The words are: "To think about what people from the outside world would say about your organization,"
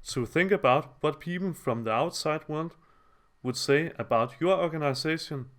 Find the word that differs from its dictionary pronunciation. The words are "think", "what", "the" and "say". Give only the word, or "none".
none